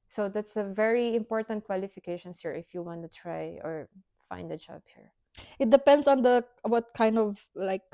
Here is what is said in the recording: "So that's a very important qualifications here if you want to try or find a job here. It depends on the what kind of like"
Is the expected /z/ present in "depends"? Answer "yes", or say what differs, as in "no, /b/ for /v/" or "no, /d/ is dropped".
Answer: no, /s/ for /z/